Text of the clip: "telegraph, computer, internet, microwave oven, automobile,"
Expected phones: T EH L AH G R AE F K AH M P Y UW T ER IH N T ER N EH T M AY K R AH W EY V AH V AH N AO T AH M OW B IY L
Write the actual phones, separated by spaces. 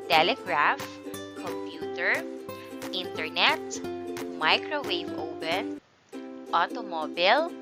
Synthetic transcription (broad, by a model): T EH L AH G R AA F K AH M P Y UW T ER IH N T ER N EH T M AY K R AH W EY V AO P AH N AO T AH M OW B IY L